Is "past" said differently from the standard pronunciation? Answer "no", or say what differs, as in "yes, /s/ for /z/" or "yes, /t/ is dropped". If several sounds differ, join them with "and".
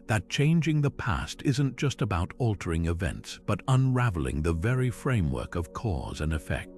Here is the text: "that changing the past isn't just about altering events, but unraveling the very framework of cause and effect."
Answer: no